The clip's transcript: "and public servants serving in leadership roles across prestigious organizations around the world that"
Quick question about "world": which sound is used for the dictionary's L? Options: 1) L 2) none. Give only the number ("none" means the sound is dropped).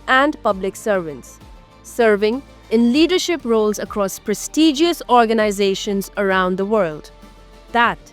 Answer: 1